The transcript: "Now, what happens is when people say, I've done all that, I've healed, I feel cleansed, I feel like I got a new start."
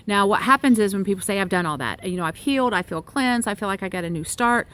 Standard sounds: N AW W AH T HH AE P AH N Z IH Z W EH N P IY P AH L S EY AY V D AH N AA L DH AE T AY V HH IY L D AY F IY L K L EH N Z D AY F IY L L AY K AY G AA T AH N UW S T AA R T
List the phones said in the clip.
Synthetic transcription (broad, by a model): N AW W AH T HH AE P AH N Z IH Z W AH N P IY P L S EY AY V D AH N AA L DH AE T AY V HH IY L D AY F IY L K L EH N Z AY F IY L L AY K AY G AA T AH N UW S T AA R T